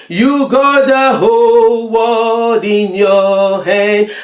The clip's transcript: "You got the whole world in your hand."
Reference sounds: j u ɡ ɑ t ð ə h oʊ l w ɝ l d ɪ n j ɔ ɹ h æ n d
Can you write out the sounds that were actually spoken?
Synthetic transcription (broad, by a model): j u ɡ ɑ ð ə h oʊ l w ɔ d ɪ n j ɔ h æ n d